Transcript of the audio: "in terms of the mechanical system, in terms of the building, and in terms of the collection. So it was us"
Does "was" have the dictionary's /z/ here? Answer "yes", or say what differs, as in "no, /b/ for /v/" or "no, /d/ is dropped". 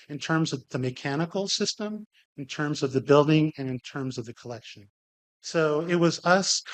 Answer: yes